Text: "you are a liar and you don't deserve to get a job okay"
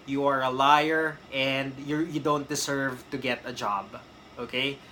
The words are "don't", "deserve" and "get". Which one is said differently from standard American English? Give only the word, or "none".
deserve